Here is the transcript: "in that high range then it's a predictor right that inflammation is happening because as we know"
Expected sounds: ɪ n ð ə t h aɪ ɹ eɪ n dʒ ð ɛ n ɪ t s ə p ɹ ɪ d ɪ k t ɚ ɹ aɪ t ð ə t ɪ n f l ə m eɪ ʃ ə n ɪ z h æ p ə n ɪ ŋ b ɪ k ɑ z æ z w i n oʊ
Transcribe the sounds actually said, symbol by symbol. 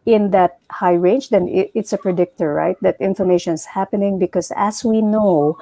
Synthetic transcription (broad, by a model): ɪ n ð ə t h aɪ ɹ eɪ n dʒ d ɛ n ɪ t s ə p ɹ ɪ d ɪ k t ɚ ɹ aɪ t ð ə t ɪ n f ə m eɪ ʃ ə n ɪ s h æ p ə n ɪ ŋ b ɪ k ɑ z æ s w i n oʊ